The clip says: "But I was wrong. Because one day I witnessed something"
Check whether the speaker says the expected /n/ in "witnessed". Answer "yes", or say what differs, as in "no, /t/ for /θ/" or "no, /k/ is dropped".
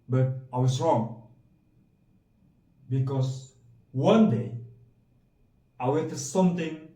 no, /n/ is dropped